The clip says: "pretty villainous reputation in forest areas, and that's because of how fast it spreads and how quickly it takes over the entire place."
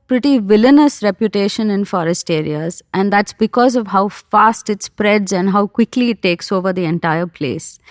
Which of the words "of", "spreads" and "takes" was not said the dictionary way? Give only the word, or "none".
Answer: none